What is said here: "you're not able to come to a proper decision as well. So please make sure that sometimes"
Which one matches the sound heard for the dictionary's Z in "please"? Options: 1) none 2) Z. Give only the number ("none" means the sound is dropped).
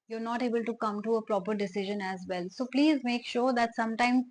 2